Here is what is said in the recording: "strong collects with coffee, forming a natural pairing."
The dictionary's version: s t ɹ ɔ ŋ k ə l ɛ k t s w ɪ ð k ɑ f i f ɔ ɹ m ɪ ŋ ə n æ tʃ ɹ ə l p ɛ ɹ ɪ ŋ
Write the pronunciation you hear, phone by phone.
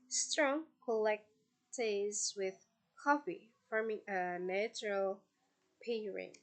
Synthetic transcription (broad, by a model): s t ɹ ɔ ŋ k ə l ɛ k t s w ɪ ð k ɑ f i f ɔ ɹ m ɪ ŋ ə n æ tʃ ɹ ə l p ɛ ɹ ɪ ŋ